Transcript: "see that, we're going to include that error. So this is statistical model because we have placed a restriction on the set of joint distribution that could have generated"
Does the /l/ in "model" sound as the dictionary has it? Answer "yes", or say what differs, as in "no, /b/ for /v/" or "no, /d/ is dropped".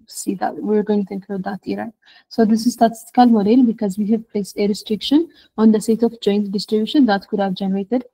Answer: yes